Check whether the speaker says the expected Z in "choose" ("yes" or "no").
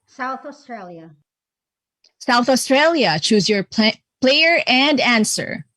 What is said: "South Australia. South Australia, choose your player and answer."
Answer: yes